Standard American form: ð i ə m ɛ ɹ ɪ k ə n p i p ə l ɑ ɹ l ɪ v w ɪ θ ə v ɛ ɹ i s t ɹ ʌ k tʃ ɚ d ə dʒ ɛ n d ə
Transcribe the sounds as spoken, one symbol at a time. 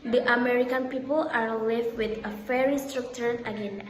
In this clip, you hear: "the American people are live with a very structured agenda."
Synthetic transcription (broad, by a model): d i ə m ɛ ɹ ɪ k ə n p i p ə l ɑ ɹ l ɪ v w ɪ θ ə f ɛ ɹ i s t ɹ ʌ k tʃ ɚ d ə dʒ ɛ n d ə